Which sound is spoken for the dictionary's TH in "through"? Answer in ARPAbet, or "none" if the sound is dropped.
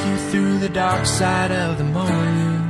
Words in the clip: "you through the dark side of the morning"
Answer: TH